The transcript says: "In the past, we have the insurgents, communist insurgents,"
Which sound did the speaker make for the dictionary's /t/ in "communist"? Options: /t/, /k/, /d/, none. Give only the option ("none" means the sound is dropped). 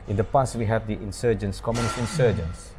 none